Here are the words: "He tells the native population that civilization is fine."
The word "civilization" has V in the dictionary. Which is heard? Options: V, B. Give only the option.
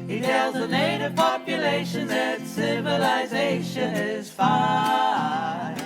V